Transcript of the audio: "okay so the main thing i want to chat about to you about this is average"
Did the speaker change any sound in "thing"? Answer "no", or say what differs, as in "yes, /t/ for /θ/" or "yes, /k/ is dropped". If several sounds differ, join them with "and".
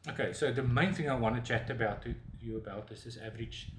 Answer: no